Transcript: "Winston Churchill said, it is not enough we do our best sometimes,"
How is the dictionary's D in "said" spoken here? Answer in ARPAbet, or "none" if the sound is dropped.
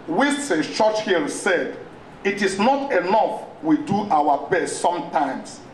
D